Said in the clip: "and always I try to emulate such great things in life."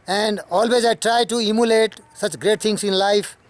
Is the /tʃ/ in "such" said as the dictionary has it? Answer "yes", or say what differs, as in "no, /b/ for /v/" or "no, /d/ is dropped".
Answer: yes